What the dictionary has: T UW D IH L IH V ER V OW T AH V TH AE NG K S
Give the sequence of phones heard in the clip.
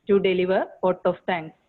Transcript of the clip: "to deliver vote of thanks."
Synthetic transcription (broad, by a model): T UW D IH L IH V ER P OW T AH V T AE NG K S